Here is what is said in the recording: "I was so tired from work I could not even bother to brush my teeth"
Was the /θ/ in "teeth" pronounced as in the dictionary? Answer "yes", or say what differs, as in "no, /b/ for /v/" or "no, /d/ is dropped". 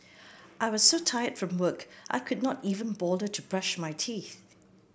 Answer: yes